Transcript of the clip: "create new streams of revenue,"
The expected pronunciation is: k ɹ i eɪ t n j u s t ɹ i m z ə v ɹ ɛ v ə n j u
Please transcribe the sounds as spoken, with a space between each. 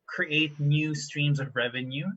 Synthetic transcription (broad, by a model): k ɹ i eɪ t n j u s t ɹ i m z ə v ɹ ɛ v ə n j u